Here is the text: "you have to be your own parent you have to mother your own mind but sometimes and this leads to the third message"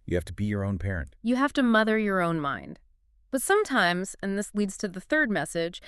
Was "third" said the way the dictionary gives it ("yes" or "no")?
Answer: yes